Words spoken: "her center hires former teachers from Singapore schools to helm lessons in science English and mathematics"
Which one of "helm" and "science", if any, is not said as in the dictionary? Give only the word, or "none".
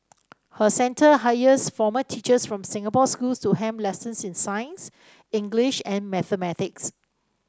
helm